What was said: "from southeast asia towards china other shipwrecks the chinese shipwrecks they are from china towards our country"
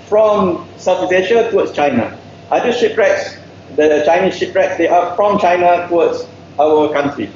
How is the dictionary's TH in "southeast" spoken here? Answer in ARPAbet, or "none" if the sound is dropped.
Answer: F